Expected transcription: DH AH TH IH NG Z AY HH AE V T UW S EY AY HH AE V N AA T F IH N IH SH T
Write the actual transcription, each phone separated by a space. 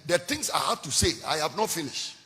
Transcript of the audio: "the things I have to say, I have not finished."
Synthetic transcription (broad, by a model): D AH T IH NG S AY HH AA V T UW S EY AY HH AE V N AA T F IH N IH SH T